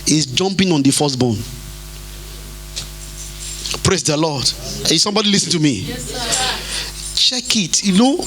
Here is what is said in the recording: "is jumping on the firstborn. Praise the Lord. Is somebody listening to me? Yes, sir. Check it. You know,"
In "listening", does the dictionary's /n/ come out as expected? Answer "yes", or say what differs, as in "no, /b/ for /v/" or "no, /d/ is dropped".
no, /n/ is dropped